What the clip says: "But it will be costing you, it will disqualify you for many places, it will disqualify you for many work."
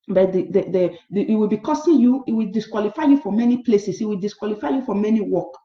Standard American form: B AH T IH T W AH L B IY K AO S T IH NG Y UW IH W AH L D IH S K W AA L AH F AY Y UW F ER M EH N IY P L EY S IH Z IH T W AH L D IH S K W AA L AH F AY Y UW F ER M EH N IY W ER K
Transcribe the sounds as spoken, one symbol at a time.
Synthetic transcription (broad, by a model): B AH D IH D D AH W B IY K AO S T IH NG Y UW IH W AH L D IH S K W AA L AH F AY Y UW F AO M EH N IY P L EY S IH S IH T W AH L D IH S K W AA L AH F AY Y UW F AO M EH N IY W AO K